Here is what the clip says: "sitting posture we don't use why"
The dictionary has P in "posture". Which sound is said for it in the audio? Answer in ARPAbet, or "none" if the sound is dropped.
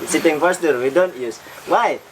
F